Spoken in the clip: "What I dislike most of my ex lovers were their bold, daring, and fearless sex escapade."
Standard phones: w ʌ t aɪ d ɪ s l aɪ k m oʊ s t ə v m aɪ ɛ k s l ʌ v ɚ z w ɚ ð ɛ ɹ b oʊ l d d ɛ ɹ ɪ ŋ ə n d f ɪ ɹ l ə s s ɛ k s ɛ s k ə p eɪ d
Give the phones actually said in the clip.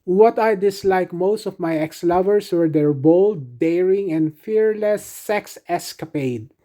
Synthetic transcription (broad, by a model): w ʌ t aɪ d ɪ s l aɪ k m oʊ s t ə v m aɪ ɛ k s l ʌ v ɚ s w ɚ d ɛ ɹ b oʊ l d d ɛ ɹ ɪ ŋ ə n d f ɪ ɹ l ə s s ɛ k s ɛ s k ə p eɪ d